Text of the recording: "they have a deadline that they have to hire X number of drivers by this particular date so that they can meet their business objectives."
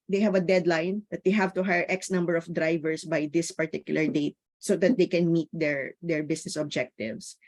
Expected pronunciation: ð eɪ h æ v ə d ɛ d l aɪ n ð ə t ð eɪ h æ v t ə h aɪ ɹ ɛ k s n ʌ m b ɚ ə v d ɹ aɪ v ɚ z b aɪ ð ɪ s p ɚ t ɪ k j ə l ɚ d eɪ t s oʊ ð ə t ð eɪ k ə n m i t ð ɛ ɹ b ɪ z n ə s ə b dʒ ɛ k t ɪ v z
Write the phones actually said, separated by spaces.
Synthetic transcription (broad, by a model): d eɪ h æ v ə d ɛ d l aɪ n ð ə t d eɪ h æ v t ə h aɪ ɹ ɛ k s n ʌ m b ɚ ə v d ɹ aɪ v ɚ s b aɪ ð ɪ s p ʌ t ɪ k j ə l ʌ d eɪ t s oʊ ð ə t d eɪ k ə n m i t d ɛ ɹ b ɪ s n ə s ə b dʒ ɛ k t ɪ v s